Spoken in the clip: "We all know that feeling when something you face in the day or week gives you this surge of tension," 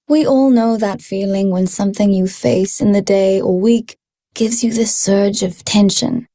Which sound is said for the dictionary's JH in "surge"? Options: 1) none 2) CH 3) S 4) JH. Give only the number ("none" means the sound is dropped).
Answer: 4